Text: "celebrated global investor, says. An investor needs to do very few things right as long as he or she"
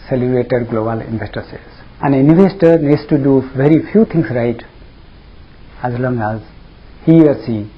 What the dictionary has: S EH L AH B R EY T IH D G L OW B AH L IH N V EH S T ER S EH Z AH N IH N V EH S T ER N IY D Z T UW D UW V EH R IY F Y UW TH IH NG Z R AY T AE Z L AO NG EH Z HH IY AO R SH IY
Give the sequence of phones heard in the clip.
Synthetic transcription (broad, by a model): S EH L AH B R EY T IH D G L OW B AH L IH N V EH S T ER S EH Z AH N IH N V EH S T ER N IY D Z T UW D UW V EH R IY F Y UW T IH NG S R AY T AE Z L AO NG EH Z HH IY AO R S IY